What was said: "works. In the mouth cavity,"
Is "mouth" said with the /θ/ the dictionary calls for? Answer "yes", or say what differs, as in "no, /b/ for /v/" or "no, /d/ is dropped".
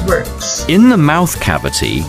yes